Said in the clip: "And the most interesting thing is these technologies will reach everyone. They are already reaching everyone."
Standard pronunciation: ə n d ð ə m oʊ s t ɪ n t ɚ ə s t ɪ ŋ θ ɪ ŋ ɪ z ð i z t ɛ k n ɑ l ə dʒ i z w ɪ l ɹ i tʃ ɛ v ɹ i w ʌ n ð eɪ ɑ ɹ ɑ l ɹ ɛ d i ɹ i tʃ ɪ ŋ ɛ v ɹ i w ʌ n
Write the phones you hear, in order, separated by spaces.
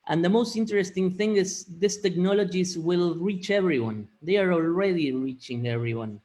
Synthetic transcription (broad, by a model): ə n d ð ə m oʊ s t ɪ n t ɚ ə s t ɪ ŋ θ ɪ ŋ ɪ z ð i s t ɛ k n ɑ l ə dʒ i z w ɪ l ɹ i tʃ ɛ v ɹ i w ʌ n ð eɪ ɑ ɹ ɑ l ɹ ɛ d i ɹ i tʃ ɪ ŋ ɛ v ɹ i w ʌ n